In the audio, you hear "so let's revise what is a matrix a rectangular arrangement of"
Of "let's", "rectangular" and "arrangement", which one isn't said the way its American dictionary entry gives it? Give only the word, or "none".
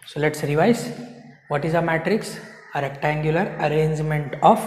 none